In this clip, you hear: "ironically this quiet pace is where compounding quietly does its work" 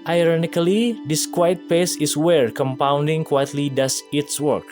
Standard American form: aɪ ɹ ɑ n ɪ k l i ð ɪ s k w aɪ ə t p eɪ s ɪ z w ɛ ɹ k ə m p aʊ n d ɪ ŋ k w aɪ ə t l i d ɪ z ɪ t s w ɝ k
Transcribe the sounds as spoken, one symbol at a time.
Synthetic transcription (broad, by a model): aɪ ɹ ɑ n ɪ k l i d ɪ s k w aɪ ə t p eɪ s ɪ s w ɛ ɹ k ə m p aʊ n d ɪ ŋ k w aɪ ə t l i d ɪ s ɪ t s w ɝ k